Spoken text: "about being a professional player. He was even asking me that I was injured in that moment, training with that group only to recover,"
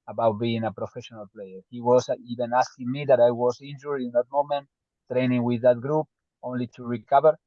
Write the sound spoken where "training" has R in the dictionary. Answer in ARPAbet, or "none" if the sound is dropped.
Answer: R